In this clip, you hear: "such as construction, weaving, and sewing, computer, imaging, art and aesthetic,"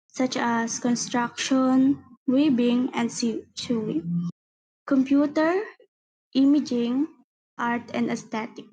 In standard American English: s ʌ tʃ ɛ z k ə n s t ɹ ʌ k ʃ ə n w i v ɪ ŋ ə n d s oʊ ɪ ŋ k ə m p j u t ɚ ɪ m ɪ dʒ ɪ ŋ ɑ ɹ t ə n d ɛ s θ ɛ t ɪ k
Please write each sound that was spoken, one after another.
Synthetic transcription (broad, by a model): s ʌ tʃ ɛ s k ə n s t ɹ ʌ k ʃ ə n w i b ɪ ŋ ə n d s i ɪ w k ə m p j u t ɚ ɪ m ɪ dʒ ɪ ŋ ɑ ɹ t ə n d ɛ s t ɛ t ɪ k